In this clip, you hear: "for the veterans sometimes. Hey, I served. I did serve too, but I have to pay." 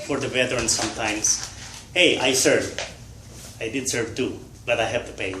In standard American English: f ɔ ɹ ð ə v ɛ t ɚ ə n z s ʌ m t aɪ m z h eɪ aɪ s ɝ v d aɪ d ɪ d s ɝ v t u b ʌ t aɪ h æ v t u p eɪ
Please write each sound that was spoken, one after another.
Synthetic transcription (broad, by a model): f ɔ ɹ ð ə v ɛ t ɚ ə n s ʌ m t aɪ m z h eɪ aɪ s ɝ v aɪ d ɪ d s ɝ v t u b ʌ t aɪ h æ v t u p eɪ